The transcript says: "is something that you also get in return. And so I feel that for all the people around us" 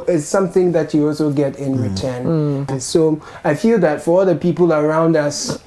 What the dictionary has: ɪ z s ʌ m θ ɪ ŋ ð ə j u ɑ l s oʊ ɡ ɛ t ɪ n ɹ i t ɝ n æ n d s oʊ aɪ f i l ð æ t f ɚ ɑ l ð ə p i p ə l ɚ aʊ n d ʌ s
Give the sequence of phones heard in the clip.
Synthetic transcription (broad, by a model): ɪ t s ʌ m θ ɪ ŋ ð ə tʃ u ɑ l s oʊ ɡ ɛ t ɪ n ɹ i t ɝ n n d s oʊ aɪ f i l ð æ t f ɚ ɑ l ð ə p i p ə l ɚ aʊ n d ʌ s